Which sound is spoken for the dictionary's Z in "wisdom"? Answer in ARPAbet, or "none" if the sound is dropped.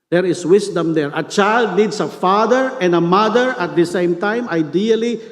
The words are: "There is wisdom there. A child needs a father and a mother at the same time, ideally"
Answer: S